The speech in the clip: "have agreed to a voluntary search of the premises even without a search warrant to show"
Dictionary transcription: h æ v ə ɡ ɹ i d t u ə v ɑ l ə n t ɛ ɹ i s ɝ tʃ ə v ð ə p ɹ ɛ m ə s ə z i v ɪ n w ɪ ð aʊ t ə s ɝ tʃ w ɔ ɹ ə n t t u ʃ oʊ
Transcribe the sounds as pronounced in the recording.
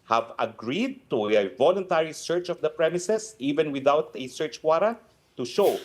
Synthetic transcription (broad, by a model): h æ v ə ɡ ɹ i d t u ə v ɑ l ə n t ɛ ɹ i s ɝ tʃ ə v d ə p ɹ ɛ m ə s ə s i v ɪ n w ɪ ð aʊ t ə s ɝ tʃ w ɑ ɹ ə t t u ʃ oʊ